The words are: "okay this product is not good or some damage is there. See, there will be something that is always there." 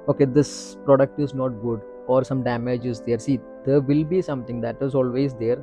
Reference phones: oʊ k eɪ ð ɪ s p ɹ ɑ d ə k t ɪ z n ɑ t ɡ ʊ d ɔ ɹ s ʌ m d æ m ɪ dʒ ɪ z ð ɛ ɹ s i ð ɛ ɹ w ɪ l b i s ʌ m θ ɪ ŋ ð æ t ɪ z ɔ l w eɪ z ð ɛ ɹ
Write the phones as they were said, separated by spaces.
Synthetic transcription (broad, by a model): oʊ k eɪ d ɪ s p ɹ ɑ d ə k t ɪ z n ɑ t ɡ ʊ d ɔ ɹ s ʌ m d æ m ɪ dʒ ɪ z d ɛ ɹ s i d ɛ ɹ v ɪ l b i s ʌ m t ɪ ŋ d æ t ɪ z ɔ l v eɪ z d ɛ ɹ